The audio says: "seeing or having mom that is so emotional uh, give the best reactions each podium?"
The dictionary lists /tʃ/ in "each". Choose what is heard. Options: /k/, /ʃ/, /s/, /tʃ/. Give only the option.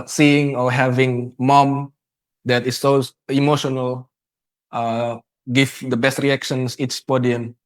/s/